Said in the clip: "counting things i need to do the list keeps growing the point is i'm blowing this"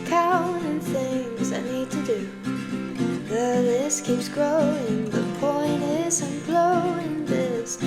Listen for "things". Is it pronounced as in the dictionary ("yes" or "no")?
yes